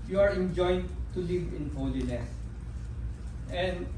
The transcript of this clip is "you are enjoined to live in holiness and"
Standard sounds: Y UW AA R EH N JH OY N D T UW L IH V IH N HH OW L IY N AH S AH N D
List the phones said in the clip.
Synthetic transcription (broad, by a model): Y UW AA R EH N JH OY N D T UW L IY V IH N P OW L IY L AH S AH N